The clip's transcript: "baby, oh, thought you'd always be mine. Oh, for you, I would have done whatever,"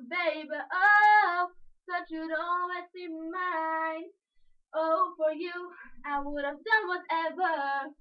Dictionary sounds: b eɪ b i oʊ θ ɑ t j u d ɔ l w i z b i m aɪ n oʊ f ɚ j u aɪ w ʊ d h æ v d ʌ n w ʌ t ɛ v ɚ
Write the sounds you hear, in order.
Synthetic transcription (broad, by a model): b eɪ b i oʊ s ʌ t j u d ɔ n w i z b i m aɪ n oʊ f ɚ j u aɪ w ʊ d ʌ v d ʌ n w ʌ t ɛ v ɚ